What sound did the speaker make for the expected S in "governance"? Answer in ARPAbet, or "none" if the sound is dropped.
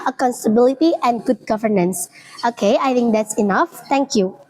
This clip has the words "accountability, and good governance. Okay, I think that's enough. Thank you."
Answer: S